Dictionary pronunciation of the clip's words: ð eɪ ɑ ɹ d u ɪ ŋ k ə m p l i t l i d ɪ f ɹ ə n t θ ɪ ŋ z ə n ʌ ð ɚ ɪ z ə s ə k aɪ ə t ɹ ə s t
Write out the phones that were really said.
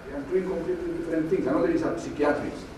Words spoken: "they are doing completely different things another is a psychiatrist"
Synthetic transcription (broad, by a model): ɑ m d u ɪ ŋ k ə m p l i t l i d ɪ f ɹ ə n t t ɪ ŋ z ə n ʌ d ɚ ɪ s ə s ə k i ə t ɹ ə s